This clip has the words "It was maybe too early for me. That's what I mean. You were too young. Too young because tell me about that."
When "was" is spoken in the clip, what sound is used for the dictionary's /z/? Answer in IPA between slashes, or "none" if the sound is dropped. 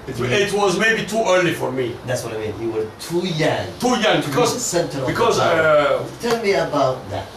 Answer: /z/